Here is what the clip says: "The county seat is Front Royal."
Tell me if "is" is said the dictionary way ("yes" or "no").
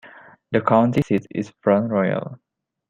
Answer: no